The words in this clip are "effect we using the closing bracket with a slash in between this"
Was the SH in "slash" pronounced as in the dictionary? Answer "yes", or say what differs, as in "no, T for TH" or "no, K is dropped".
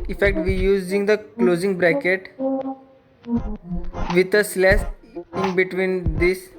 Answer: no, S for SH